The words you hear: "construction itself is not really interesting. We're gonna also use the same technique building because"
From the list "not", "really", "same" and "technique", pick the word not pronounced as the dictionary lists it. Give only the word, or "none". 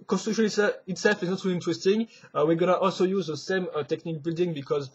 none